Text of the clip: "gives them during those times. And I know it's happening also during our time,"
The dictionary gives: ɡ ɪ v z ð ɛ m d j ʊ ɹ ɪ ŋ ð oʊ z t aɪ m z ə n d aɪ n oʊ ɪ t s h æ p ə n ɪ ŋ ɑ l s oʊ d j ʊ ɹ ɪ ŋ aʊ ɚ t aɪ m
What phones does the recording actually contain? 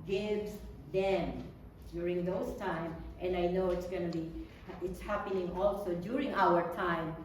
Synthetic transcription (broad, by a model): ɡ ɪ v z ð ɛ m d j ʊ ɹ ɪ ŋ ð oʊ s t aɪ m ə n d aɪ n oʊ ɪ t s h æ p ə n ɪ ŋ ɑ l s oʊ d j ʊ ɹ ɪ ŋ aʊ ɚ t aɪ m